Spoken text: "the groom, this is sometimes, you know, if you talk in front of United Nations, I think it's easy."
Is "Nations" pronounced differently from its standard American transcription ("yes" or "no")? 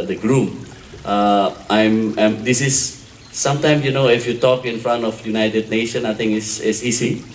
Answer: yes